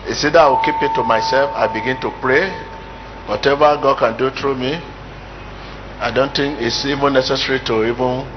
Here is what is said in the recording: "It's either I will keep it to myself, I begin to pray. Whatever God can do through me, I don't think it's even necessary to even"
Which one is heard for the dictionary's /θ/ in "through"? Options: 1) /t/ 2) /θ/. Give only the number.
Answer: 1